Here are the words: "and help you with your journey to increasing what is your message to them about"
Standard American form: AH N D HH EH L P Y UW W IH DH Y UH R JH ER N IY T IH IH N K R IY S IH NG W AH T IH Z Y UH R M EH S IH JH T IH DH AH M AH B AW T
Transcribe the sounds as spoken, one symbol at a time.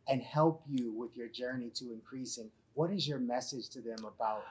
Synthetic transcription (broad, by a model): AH N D HH EH L P Y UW W IH DH Y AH R JH ER N IY T IH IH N K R IY S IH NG W AH T IH Z Y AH R M EH S IH JH T IH DH AH M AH B AW T